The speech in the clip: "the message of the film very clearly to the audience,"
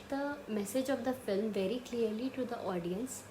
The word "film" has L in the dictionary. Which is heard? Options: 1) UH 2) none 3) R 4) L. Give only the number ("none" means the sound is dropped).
4